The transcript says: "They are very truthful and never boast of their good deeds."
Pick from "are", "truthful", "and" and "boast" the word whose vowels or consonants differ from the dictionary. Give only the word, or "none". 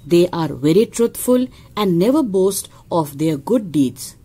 truthful